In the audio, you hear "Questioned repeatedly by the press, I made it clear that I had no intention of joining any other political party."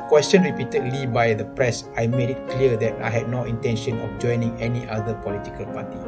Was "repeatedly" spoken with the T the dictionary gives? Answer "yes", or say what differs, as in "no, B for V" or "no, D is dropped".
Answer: yes